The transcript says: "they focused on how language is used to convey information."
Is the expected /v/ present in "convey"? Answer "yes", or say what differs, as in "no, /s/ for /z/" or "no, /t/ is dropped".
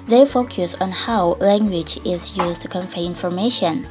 no, /f/ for /v/